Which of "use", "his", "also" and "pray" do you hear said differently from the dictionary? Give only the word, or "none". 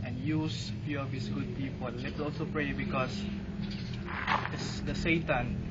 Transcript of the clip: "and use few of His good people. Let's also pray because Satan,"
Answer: his